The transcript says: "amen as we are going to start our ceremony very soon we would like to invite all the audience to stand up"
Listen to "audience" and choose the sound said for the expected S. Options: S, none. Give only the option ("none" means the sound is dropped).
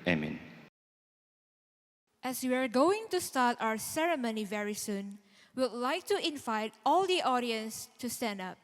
S